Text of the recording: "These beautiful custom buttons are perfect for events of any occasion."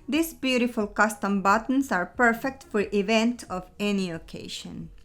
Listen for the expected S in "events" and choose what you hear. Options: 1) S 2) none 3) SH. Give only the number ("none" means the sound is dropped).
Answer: 2